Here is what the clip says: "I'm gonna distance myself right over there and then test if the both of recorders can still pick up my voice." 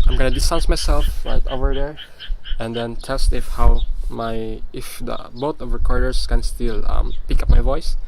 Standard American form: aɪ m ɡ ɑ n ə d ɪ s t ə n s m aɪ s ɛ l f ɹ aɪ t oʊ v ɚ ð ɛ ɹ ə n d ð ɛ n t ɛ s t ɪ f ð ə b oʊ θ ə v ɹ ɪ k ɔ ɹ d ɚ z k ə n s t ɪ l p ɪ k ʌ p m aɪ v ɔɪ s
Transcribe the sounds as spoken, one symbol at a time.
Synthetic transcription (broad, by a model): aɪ m ɡ ɑ n ə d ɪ s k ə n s m aɪ s ɛ l f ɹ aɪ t oʊ v ɚ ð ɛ ɹ ə n d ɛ n t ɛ s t ɪ f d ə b oʊ t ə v ɹ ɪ k ɔ ɹ d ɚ s k ə n s t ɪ l p ɪ k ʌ p m aɪ v ɔɪ s